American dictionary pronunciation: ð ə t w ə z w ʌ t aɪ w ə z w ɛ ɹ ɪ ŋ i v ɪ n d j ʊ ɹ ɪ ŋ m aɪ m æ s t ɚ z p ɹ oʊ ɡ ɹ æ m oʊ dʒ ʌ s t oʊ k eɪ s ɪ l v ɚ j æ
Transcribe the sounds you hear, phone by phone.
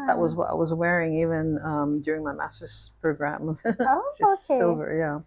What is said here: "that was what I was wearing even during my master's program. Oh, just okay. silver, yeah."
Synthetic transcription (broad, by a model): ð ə t w ə z w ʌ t aɪ w ə z w ɛ ɹ ɪ ŋ i v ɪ n d j ʊ ɹ ɪ ŋ m aɪ m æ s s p p ɹ oʊ ɡ ɹ æ m oʊ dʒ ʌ oʊ k eɪ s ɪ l v ɚ j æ